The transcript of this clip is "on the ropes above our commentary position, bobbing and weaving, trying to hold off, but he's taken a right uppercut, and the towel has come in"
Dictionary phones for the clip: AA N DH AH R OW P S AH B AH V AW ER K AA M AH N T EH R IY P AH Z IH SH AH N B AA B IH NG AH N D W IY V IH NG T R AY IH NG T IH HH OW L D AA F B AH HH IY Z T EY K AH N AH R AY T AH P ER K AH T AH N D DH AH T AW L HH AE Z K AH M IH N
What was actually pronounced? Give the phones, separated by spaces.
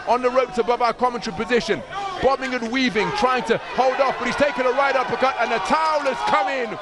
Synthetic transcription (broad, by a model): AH N DH AH R OW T S AH B AH V AW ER K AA M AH N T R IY P AH Z IH SH AH N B AA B IH NG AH N W IY V IH NG T R AY IH NG T IH HH OW L D AA F B AH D IY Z T EY K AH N AH R AY T AH P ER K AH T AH N DH AH T AW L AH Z K AH M IH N